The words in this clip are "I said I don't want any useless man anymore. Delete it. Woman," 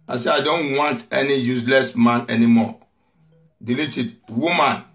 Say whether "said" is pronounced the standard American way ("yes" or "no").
no